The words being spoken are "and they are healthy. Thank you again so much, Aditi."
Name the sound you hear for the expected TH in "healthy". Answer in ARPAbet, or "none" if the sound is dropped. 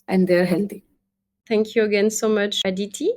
T